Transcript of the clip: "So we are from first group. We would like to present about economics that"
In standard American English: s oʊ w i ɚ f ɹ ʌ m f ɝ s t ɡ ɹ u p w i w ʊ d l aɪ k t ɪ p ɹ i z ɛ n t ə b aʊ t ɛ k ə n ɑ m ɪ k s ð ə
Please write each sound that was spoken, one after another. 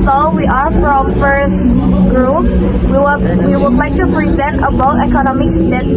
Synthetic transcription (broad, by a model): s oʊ w i ɚ f ɹ ʌ m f ɝ s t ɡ ɹ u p w i w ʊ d l aɪ k t ɪ p ɹ i z ɛ n t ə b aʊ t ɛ k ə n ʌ m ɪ s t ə